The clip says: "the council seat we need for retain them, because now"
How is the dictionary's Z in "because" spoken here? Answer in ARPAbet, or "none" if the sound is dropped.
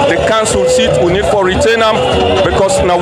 S